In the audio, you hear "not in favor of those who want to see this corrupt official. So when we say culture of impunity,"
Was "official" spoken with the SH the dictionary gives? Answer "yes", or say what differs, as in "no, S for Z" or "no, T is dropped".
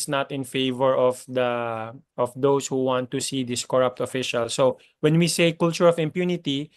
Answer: yes